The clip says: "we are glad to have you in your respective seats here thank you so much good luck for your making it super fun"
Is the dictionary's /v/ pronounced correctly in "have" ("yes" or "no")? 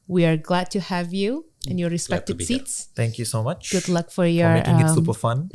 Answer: yes